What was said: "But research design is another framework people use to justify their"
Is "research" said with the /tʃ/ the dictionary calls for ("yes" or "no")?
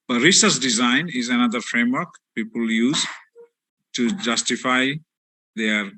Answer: no